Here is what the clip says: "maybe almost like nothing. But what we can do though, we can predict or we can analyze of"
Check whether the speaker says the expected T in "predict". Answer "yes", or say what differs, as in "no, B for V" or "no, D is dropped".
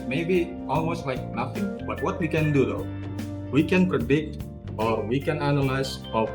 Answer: yes